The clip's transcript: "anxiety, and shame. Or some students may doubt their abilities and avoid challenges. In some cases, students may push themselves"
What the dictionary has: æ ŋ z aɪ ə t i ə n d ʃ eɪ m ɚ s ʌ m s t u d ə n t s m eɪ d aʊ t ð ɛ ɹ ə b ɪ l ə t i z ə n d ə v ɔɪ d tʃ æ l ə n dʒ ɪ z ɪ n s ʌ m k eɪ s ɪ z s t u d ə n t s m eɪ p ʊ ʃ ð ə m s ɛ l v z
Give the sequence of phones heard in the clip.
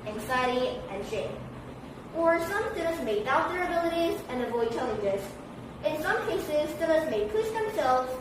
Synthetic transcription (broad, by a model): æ ŋ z aɪ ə t i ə n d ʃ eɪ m ɚ s ʌ m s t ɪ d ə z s m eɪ d aʊ t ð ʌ ɹ ə b ɪ l ə t i z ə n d ə v ɔɪ d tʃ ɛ l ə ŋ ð ɪ s ɪ n s ʌ m k eɪ s ɪ z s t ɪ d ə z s m eɪ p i s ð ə m s ɛ l v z